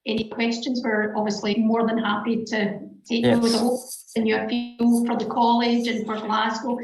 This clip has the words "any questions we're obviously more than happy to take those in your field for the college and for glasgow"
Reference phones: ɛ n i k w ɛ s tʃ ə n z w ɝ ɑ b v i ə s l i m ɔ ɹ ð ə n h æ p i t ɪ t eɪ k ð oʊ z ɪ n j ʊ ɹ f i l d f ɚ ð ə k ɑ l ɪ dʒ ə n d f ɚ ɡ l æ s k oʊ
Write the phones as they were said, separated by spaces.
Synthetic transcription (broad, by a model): ɛ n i k w ɛ s tʃ ə n z w ɝ ɑ b v i ə s l i m ɔ ɹ ð ə n h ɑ p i t ɪ t eɪ k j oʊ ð ɪ n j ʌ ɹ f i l f ɚ ð ə k ɑ l ɪ dʒ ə n f ɚ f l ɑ s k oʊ